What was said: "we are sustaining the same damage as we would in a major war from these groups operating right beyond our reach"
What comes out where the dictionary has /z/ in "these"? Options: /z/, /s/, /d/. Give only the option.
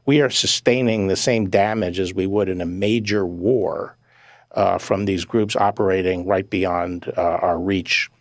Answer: /z/